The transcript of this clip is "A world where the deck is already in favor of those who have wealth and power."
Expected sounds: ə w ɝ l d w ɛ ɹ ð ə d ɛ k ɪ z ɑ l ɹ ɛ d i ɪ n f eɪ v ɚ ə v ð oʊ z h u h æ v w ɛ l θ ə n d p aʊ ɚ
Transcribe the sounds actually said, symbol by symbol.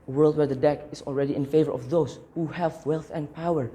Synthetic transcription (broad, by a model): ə w ɝ l d w ɛ ɹ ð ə d ɛ k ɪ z ɑ l ɹ ɛ d i ɪ n f eɪ v ɚ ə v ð oʊ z h u h æ v w ɛ l θ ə n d p aʊ ɚ